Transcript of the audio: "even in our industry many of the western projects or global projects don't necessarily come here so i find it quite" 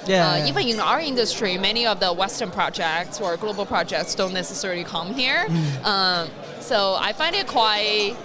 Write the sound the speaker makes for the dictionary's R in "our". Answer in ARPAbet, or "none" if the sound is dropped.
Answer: R